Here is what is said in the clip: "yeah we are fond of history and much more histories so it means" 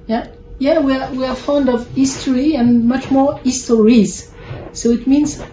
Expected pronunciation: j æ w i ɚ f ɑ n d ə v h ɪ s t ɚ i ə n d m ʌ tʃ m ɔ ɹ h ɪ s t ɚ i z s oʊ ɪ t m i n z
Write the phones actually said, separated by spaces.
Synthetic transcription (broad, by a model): j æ w i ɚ f ɑ n d ə v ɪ s t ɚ i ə n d m ʌ tʃ m ɔ ɹ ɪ s t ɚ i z s oʊ ɪ t m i n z